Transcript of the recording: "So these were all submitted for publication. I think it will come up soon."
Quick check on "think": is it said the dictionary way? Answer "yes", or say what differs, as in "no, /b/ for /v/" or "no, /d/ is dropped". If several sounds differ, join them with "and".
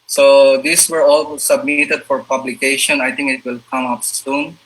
no, /t/ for /θ/